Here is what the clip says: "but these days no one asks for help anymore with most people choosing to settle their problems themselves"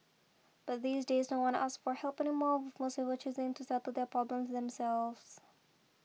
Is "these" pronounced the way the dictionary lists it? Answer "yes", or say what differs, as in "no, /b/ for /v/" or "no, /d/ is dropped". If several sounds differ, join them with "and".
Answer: yes